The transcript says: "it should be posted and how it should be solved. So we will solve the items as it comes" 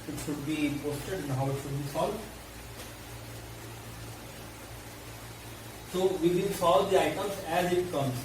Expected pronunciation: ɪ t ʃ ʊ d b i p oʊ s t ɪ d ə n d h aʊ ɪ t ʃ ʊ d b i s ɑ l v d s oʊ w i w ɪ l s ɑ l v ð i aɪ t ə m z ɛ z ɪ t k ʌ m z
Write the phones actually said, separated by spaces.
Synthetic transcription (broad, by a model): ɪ t ʃ ʊ d b i p oʊ s t ɪ d ə n d h aʊ ɪ t ʃ ʊ d b i s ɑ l d s oʊ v i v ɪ n s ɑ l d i aɪ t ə m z ɛ z ɪ t k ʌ m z